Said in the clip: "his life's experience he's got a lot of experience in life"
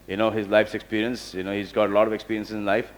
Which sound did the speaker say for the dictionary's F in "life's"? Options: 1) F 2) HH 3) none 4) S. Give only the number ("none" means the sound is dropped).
1